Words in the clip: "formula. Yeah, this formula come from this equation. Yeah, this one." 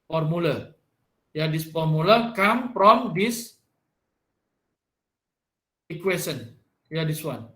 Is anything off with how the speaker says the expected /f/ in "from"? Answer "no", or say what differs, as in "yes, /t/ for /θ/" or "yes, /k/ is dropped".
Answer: yes, /p/ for /f/